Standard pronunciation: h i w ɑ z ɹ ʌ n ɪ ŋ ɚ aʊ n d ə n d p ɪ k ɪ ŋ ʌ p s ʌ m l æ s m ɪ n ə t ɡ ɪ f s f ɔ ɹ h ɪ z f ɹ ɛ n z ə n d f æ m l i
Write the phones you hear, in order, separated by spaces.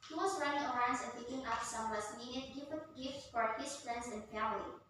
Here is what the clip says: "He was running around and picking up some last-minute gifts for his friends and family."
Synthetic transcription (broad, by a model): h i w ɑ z ɹ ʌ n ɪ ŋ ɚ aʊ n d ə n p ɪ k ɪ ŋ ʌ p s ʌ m w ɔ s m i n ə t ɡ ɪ f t f ɔ ɹ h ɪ s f ɹ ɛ n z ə n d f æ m l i